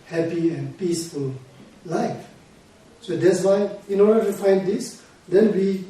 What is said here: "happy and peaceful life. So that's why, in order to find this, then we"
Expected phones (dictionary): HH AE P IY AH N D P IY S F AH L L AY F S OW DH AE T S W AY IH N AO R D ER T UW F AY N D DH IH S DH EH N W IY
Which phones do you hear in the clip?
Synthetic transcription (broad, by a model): HH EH P IY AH N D P IY S F AH L L AY F S OW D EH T S W AY IH N AO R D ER T UW F AY N D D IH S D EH N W IY